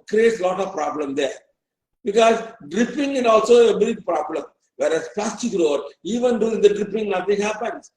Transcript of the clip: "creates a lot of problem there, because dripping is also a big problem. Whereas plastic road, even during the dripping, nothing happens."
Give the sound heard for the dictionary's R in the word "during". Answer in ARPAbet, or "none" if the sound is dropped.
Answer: none